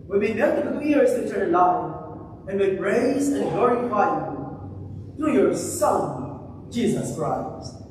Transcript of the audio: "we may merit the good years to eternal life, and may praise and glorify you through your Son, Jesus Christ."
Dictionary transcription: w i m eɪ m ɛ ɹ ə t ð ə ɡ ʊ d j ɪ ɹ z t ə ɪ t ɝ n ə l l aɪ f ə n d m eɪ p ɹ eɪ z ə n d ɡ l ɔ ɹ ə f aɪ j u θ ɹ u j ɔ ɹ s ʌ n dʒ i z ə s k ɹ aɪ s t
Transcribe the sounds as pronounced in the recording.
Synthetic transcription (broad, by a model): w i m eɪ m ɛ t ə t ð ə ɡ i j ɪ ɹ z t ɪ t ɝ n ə n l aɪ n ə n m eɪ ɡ ɹ eɪ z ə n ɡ l ɔ ɹ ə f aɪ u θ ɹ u j ɔ ɹ s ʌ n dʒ i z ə s k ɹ aɪ s t